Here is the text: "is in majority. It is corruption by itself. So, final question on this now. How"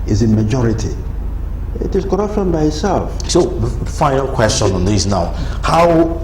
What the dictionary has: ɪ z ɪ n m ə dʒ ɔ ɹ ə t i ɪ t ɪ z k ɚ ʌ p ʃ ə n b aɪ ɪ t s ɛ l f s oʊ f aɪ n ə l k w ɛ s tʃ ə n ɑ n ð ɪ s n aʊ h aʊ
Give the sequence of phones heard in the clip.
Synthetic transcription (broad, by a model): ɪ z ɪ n m ə dʒ ɔ ɹ ə t i ɪ t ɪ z k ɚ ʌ p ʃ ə n b aɪ ɪ t s ɛ l f s oʊ f aɪ n ə l k w ɛ s tʃ ə n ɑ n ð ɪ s n aʊ h aʊ